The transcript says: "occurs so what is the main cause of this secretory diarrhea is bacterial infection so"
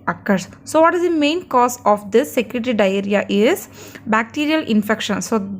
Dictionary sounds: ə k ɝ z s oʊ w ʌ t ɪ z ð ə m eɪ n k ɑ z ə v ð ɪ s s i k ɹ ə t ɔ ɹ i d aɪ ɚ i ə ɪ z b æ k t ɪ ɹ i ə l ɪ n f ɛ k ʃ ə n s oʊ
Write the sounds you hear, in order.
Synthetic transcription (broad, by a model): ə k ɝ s s oʊ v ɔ t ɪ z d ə m eɪ n k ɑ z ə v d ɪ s s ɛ k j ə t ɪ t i d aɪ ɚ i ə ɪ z b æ k t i ɹ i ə l ɪ n f ɛ k ʃ ə n s oʊ